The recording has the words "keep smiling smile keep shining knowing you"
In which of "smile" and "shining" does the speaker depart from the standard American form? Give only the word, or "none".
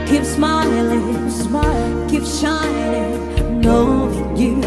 shining